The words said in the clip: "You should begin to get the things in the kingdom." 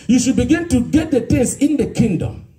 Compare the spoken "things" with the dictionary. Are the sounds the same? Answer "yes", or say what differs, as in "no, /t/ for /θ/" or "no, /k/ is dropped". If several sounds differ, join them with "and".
no, /t/ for /θ/ and /s/ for /z/